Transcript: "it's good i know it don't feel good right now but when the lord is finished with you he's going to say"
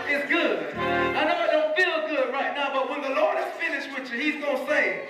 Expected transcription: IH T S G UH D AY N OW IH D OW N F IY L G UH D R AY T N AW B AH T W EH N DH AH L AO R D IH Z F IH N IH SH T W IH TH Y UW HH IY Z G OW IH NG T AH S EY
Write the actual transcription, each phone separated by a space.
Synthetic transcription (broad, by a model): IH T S G UH D AY N OW IH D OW F IY L G UH D R AY T N AW B AH T W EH N DH AH L AO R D IH Z F IH N IH SH T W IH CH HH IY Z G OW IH S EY